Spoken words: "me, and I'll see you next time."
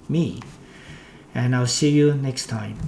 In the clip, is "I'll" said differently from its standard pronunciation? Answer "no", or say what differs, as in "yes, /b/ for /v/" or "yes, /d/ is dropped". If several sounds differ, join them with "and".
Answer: no